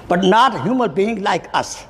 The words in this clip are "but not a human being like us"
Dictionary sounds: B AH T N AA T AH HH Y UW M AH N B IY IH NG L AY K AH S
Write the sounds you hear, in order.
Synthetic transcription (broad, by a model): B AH T N AA T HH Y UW M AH L B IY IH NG L AY K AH S